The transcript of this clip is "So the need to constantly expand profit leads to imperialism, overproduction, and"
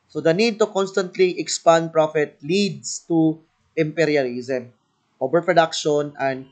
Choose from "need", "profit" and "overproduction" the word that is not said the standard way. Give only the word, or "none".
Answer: overproduction